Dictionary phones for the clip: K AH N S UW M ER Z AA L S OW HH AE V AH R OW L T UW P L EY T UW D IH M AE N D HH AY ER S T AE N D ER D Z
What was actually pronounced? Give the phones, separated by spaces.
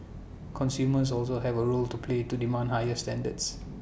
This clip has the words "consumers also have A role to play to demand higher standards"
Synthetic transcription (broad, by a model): K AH N S UW M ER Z AA L S OW HH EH V AH R OW L T UW P L EY T UW D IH M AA N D HH AY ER S T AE N D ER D S